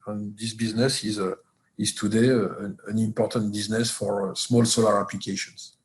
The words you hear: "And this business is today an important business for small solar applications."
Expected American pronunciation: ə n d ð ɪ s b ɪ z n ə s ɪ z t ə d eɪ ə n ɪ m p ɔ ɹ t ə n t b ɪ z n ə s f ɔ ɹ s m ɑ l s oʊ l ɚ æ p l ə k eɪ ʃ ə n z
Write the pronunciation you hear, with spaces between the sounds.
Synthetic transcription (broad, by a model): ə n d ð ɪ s b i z n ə s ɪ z t ə d eɪ ə n ɪ m p ɔ ɹ t ə n t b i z n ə s f ɔ ɹ s m ɑ l s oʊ l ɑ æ p l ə k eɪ ʃ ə n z